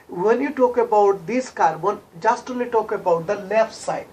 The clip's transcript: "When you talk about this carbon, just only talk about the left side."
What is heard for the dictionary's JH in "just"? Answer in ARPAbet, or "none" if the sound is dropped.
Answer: JH